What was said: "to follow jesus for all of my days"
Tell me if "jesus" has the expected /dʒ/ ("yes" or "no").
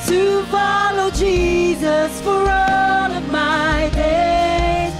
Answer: yes